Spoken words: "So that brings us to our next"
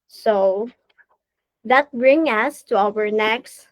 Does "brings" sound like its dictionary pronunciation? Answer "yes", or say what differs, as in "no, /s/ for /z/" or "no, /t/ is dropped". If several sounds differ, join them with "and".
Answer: no, /z/ is dropped